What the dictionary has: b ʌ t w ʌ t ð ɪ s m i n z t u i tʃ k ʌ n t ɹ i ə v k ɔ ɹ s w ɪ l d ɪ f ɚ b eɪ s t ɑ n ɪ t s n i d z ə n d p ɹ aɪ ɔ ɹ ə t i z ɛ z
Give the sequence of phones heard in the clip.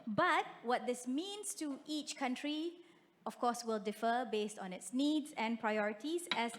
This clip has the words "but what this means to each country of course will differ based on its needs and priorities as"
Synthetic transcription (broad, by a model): b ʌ t w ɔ t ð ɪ s m i n s t u i tʃ k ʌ n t ɹ i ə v k ɔ s w ɪ l d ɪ f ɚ b eɪ s t ɑ n ɪ t s n i d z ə n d p ɹ aɪ ɔ ɹ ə t i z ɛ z